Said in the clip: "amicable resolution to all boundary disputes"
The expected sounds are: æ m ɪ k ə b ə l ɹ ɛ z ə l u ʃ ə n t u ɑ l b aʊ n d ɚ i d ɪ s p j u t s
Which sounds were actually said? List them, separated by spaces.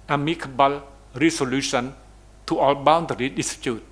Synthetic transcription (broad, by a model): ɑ m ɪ k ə b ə l ɹ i s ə l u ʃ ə n t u ɑ l b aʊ n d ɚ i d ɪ s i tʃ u t